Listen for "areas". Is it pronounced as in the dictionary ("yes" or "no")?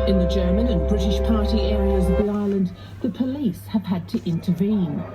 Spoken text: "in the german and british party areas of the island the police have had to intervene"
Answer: yes